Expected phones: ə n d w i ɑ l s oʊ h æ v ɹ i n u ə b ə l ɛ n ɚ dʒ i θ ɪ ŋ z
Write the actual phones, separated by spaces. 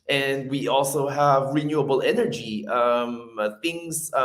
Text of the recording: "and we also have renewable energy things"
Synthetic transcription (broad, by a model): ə n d w i ɑ l s oʊ h æ v ɹ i n u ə b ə l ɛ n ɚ dʒ i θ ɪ ŋ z